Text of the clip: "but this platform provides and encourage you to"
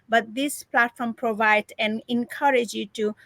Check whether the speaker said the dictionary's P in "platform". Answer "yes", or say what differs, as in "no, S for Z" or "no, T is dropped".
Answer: yes